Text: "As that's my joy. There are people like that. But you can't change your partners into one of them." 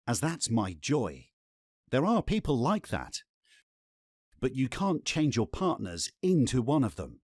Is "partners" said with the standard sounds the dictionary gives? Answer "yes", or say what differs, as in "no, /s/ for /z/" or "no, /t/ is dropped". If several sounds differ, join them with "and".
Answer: yes